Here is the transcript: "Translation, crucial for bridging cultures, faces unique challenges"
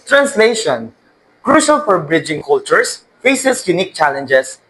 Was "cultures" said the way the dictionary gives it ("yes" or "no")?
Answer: no